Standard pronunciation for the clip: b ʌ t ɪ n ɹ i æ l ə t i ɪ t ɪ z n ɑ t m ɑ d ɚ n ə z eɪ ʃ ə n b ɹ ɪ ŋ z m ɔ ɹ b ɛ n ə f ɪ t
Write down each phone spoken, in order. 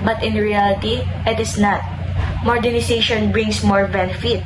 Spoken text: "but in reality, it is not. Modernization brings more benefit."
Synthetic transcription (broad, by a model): b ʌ t ɪ n ɹ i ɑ l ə t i ɪ t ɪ s n ɑ t m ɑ d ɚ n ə s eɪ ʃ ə n b ɹ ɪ ŋ s m ɔ ɹ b ɛ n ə f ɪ t